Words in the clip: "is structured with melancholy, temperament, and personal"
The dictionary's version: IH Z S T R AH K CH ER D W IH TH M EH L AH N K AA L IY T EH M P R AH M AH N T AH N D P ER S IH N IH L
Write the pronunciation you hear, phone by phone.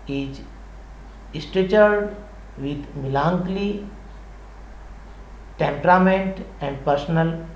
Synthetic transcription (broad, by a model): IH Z S T EH CH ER D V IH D M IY L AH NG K L IY T EH M P R AH M AH N T AH N D P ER S N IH L